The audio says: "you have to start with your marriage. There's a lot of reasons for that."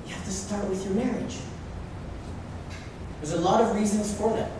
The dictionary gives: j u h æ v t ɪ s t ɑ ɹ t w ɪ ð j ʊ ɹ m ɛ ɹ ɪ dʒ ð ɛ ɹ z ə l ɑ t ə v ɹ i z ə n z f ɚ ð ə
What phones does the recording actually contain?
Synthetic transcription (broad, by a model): j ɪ h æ f t ɪ s t ɑ ɹ t w ɪ ð j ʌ ɹ m ɛ ɹ ɪ dʒ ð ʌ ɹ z ə l ɑ t ə v ɹ i z ə n z f ɚ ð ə